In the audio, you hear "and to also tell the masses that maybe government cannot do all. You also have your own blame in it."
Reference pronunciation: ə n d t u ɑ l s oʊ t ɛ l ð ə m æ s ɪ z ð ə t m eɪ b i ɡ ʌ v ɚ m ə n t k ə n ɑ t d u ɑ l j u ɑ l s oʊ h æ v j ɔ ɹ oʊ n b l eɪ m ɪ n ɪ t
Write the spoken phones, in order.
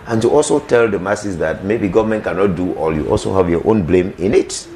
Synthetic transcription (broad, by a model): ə n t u ɑ l s oʊ t ɛ l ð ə m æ s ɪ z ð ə t m eɪ b i ɡ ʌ v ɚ m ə n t k ə n ɑ t d u ɑ l j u ɑ l s oʊ h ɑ v j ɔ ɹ oʊ n b l eɪ m ɪ n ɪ t